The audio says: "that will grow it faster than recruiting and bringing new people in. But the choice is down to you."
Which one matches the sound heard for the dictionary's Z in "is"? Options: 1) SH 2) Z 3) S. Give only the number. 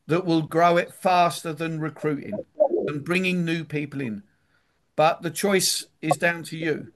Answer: 2